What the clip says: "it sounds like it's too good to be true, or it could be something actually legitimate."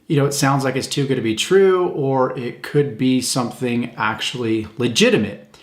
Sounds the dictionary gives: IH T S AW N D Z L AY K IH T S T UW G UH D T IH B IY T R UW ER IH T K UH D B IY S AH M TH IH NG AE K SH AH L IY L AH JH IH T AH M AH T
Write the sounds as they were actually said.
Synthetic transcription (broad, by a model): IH T S AW N D Z L AY K IH T S T UW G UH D T IH B IY T R UW ER IH T K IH D B IY S AH M TH IH NG AE K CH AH L IY L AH JH IH T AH M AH T